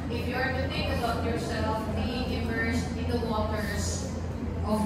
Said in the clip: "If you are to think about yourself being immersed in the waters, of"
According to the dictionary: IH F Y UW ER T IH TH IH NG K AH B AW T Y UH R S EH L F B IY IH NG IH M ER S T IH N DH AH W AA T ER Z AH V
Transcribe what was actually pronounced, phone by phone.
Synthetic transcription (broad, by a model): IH F Y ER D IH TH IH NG AH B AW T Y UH R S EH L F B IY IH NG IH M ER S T IH N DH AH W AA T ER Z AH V